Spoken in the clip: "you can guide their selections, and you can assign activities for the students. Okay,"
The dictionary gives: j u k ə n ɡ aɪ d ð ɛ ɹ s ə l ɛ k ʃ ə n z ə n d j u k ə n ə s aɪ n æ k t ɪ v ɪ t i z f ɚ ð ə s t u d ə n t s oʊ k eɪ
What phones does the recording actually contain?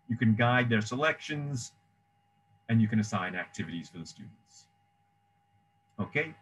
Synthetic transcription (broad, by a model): j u k ə n ɡ aɪ d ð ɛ ɹ s ə l ɛ k ʃ ə n z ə n j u k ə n ə s aɪ n æ k t ɪ v ɪ t i z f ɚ ð ə s t u d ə n t s oʊ k eɪ